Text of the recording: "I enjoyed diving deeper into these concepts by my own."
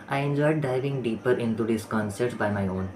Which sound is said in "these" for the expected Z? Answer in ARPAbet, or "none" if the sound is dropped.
S